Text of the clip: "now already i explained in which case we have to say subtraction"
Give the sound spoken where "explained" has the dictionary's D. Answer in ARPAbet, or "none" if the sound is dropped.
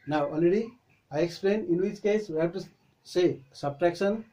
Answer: none